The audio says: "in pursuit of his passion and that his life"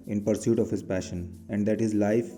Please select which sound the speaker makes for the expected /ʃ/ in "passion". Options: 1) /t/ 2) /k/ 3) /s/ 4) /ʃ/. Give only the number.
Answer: 4